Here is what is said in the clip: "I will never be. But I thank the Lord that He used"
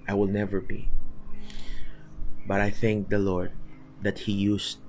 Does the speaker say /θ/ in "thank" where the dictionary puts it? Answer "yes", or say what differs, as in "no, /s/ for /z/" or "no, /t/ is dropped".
yes